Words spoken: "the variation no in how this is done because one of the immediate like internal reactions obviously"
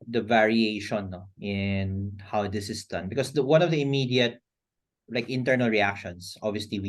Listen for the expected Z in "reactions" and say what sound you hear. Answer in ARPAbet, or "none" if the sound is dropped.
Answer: S